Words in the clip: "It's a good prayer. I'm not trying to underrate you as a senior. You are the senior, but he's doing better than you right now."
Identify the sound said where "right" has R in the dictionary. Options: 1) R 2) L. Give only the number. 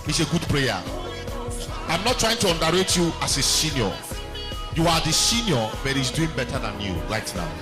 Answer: 2